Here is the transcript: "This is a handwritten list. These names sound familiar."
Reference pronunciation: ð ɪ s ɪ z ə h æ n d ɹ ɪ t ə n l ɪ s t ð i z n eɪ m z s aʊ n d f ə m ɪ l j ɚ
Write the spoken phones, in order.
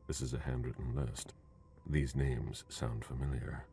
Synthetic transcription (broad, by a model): ð ɪ s ɪ z ə h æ n d ɹ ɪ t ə n l ɪ s t ð i z n eɪ m z s aʊ n d f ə m ɪ l j ɚ